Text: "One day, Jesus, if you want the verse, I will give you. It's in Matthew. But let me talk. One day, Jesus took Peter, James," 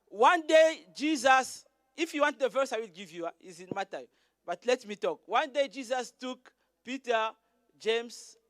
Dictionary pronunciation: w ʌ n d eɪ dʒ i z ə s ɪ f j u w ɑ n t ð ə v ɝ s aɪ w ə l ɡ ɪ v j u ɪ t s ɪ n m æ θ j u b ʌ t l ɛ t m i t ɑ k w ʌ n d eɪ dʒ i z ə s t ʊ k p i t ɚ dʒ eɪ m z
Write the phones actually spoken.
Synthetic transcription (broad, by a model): w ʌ n d eɪ dʒ i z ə s ɪ f j u w ɑ n t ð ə v ɝ s aɪ w ə l ɡ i v j u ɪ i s ɪ n m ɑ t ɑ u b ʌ t l ɛ t m i t ɑ k w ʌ n d eɪ dʒ i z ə s t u k p i t ɚ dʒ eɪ m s